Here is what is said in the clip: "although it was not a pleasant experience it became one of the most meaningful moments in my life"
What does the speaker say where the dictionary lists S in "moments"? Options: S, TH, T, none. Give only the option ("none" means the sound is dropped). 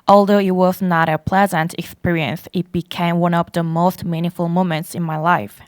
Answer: S